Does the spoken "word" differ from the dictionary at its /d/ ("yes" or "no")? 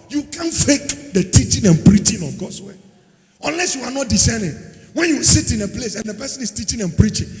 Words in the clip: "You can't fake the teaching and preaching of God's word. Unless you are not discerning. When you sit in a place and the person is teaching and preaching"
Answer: yes